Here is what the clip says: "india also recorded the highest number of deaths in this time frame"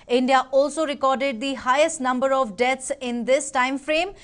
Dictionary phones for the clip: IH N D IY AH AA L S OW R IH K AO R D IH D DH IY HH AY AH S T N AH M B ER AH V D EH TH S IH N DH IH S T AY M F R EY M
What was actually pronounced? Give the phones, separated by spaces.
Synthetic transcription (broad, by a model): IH N D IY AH AA L S OW R IH K AO R D IH D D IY HH AY AH S T N AH M B ER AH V D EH T S IH N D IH S T AY M F R EY M